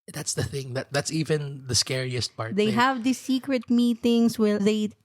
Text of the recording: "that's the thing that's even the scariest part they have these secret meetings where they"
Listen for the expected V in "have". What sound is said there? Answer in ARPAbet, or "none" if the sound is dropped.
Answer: V